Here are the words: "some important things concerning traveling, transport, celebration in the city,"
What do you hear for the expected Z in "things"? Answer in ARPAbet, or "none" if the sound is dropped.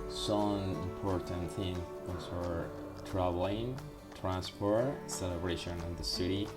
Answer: none